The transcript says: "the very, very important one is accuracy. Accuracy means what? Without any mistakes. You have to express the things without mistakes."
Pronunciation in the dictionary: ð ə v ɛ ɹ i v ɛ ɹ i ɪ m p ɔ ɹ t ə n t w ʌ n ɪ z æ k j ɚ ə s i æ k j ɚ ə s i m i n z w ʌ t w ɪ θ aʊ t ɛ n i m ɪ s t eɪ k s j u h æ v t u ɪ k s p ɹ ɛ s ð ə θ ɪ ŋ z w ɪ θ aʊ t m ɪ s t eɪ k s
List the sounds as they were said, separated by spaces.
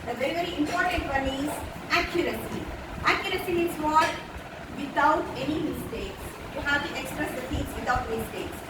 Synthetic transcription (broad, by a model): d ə v ɛ ɹ i v ɛ ɹ i ɪ m p ɔ ɹ t ə n t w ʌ n ɪ z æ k j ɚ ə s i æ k j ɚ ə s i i z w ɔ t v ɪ t aʊ t ɛ n i m ɪ s t eɪ k s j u h æ v t u ɪ k s p ɹ ɛ s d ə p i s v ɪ t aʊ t m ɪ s t eɪ k s